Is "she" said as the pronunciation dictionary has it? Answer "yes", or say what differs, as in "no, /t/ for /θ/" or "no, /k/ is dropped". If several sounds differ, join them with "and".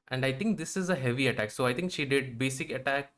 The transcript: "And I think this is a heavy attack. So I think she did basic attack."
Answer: yes